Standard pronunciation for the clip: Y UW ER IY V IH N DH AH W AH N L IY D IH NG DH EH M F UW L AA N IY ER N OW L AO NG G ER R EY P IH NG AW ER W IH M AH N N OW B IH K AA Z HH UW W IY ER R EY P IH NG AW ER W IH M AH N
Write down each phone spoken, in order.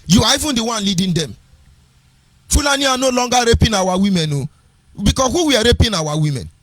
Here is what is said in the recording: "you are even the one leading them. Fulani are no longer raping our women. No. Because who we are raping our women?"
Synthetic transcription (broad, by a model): Y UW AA IY V IH N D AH W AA N L IY D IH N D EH M F UW L AA N IY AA N OW L AO NG G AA R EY P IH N AW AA W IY M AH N N OW B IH K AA HH UW W IY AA R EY P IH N AW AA W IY M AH N